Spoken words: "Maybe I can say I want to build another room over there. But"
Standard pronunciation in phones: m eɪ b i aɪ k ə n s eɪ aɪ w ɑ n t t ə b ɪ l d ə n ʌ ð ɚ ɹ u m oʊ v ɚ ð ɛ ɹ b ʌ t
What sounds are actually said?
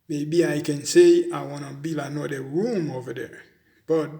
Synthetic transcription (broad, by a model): m eɪ b i aɪ k ə n s eɪ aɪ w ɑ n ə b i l ə n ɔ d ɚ ɹ u m oʊ v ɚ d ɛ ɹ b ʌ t